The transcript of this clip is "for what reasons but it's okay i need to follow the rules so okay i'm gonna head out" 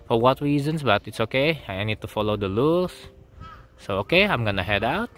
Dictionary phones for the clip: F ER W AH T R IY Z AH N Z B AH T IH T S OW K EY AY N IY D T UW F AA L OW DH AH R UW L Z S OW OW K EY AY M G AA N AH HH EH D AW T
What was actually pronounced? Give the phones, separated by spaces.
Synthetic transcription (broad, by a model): F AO W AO T R IY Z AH N S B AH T IH T S OW K EY AY N IY D T UW F AA L OW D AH L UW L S S OW OW K EY AY M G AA N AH HH EH D AW T